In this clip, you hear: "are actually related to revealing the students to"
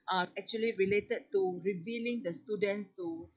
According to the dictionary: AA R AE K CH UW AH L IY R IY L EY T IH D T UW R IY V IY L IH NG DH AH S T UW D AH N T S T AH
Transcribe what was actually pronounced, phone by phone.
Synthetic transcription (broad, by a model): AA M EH K CH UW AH L IY R IY L EY T IH D T UW R IY V IY L IH NG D AH S T UW D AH N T S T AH